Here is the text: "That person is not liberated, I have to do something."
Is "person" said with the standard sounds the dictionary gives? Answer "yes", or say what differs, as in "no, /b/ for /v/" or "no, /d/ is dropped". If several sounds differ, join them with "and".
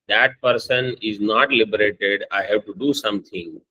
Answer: yes